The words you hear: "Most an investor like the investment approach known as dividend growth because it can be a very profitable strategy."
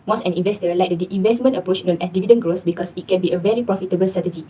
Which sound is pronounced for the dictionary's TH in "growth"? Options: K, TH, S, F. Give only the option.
S